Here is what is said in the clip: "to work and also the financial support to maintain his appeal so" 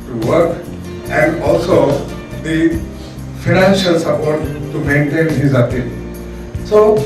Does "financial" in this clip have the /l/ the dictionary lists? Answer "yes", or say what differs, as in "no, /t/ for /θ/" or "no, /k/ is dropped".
yes